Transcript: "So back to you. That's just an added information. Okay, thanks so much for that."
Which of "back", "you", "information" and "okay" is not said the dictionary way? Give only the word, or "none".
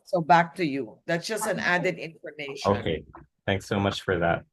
information